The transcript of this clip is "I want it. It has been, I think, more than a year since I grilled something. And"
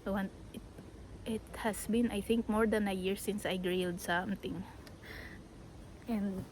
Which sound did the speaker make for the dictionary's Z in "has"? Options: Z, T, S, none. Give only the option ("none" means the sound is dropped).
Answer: S